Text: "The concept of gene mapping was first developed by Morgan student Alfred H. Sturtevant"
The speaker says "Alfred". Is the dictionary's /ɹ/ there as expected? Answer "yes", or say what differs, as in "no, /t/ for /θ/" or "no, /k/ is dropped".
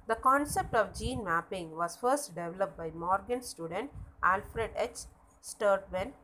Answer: yes